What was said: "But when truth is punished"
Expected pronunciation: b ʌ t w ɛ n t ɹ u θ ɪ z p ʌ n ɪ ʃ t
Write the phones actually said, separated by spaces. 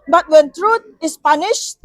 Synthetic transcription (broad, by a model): b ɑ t w ɛ n t ɹ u t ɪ s p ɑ n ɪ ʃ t